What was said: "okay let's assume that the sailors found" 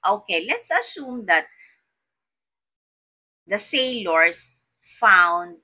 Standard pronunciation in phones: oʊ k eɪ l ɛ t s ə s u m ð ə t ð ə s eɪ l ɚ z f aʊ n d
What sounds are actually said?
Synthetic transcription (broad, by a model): oʊ k eɪ l ɛ t s ə s u m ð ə t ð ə s eɪ l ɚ s f aʊ n d